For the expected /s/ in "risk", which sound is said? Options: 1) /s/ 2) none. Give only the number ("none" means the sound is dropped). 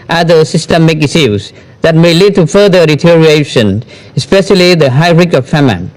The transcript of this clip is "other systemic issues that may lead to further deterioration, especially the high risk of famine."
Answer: 2